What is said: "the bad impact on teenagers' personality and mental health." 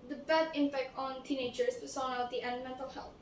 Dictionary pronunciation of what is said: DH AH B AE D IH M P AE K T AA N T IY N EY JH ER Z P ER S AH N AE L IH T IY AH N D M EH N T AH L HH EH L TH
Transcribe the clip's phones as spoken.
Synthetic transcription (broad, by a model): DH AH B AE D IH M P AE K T AA N T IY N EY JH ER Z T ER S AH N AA IH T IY AH N D M EH N T AH L HH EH L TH